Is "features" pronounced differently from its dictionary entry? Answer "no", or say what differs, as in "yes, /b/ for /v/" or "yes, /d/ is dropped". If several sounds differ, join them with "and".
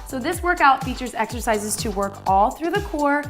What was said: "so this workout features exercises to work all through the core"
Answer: no